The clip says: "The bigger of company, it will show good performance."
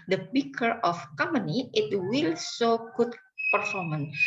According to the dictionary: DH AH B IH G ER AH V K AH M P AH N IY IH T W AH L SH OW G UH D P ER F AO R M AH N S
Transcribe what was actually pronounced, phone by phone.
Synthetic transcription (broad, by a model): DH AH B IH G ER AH F K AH M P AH N IY IH T W AH L S OW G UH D P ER F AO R M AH N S